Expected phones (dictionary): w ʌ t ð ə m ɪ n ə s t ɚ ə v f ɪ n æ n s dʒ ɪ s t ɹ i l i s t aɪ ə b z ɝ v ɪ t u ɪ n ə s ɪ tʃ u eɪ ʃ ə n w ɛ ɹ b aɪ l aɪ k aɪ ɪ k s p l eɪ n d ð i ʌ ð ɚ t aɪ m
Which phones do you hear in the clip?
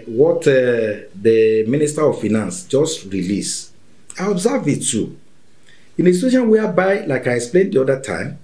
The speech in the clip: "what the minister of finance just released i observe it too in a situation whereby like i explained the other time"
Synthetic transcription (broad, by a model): w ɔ t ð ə m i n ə s t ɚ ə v f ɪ n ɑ n s dʒ ɪ s t ɹ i l i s aɪ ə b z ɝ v ɪ t u ɪ n ə s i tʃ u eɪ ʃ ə n w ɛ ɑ b aɪ l aɪ k aɪ ɪ k s p l eɪ n d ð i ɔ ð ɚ t aɪ m